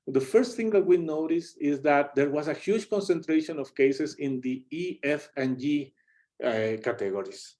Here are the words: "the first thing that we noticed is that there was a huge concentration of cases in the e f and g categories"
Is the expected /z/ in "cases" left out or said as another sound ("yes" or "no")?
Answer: yes